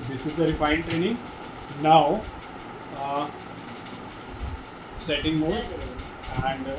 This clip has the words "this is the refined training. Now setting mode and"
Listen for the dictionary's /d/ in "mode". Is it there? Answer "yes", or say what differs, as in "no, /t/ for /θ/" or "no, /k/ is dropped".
no, /d/ is dropped